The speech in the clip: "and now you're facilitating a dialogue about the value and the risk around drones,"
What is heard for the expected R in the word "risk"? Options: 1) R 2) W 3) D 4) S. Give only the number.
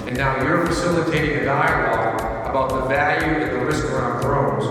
1